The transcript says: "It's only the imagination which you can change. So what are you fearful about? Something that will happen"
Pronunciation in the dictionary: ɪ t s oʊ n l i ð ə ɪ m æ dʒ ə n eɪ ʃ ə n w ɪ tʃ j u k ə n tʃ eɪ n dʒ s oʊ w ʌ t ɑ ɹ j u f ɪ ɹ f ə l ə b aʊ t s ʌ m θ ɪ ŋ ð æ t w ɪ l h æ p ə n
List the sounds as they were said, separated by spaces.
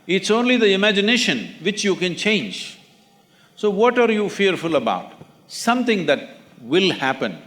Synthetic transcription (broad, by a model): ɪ t s oʊ n l i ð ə ɪ m æ dʒ ə n eɪ ʃ ə n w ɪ tʃ j u k ə n tʃ eɪ n dʒ s oʊ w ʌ t ɑ ɹ j u f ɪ ɹ f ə l ə b aʊ t s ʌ m t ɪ ŋ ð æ t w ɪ l h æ p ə n